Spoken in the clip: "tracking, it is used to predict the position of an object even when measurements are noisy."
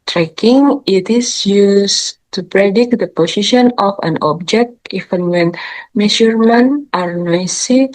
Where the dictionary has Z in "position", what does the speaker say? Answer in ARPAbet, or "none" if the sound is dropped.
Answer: S